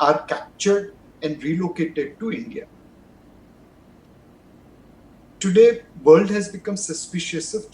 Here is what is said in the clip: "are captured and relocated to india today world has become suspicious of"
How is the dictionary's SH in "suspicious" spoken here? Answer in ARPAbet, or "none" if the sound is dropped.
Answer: SH